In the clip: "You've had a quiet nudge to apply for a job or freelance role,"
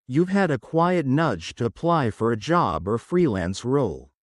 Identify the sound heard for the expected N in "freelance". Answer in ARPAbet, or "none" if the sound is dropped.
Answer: N